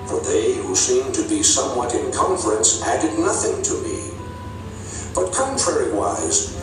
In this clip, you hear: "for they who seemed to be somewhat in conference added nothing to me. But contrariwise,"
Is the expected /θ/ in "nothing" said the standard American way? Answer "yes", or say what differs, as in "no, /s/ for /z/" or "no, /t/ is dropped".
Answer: yes